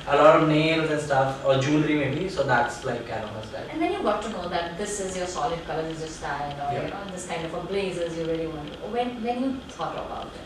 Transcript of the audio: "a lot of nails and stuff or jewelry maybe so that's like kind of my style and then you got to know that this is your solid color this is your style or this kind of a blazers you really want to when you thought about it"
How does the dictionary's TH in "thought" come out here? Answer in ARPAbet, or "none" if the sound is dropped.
T